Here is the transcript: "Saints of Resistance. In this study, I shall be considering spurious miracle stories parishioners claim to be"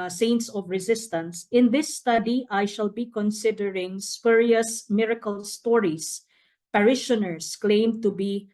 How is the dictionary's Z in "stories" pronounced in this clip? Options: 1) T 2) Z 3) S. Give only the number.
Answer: 3